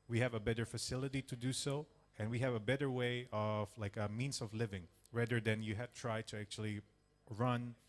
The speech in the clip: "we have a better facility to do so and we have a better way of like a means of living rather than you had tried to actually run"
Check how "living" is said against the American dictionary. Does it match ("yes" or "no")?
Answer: yes